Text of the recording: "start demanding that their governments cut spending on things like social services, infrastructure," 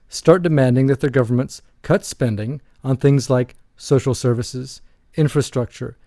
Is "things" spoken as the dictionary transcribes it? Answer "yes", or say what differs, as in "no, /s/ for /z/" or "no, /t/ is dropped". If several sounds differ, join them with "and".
yes